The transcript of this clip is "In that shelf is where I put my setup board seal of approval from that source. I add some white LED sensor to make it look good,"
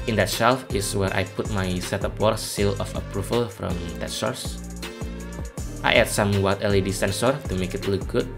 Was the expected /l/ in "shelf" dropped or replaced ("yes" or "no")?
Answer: no